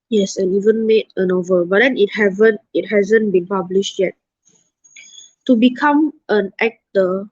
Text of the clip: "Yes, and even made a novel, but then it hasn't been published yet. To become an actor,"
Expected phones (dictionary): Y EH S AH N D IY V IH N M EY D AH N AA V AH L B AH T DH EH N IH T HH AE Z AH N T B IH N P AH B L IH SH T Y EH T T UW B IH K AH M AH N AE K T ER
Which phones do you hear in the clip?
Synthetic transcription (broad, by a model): Y EH S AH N IY V IH N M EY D AH N AA V AH L B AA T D EH N IH T HH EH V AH N T B IH N P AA B L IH SH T Y EH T T UW B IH K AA M AH N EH K T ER